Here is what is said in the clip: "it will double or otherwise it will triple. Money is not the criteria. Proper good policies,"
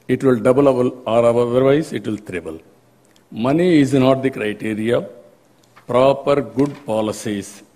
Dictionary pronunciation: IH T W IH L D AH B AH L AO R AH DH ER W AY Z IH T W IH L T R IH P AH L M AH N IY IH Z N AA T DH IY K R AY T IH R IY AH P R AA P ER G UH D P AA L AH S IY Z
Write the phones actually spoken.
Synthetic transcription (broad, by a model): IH T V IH L D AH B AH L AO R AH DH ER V AY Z IH T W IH L T R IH B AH L M AH N IY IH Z N AA T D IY K R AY T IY R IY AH P R AA P ER G UH D P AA L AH S IY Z